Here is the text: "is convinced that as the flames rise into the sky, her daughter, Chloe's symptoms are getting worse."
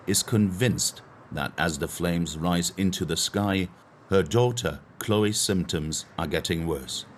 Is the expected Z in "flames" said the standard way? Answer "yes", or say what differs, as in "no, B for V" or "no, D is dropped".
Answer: yes